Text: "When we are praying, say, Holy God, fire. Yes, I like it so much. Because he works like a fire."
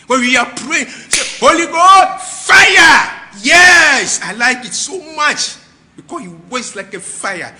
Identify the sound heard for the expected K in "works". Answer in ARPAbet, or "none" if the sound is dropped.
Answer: none